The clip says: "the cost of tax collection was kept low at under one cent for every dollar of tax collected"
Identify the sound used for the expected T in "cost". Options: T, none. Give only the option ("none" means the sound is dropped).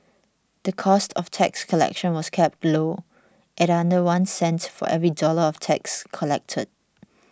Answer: T